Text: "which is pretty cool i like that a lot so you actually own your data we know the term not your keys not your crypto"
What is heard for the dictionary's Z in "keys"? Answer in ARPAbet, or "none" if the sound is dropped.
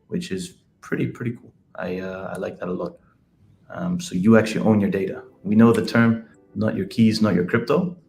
Z